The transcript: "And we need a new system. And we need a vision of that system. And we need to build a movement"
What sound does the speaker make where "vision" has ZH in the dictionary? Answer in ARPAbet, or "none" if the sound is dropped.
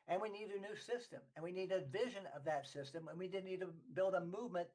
ZH